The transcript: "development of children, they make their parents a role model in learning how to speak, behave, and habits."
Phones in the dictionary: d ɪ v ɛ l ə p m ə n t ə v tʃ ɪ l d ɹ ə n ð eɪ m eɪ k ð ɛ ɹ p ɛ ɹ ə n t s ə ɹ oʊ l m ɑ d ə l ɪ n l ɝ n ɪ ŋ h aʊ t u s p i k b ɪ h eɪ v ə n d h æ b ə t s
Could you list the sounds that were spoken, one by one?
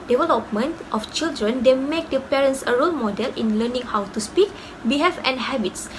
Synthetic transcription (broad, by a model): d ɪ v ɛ l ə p m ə n t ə f tʃ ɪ l d ɹ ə n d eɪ m eɪ k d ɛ p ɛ ɹ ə n s ə ɹ oʊ l m ɑ d ə l ɪ n l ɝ n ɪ ŋ h aʊ t u s p i k b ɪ h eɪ f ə n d h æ b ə t s